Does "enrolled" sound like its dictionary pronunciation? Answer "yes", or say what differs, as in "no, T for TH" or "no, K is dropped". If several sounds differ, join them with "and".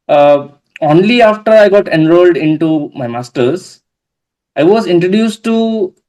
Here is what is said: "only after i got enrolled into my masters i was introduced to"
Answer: yes